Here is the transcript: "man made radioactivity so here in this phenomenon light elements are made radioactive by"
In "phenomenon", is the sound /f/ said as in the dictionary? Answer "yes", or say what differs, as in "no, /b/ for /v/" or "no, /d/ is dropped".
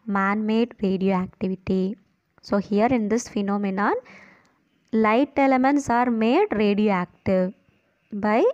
yes